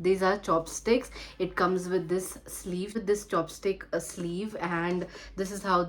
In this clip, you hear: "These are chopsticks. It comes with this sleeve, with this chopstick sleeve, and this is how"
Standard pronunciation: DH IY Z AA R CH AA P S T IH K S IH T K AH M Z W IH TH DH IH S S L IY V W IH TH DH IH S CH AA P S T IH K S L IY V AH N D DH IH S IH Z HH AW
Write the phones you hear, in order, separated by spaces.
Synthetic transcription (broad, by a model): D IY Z AA R CH AA P S T IH K S IH T K AH M Z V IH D IH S S L IY V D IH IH S CH AA P S T IH K S L IY V AH N D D IH S IH Z HH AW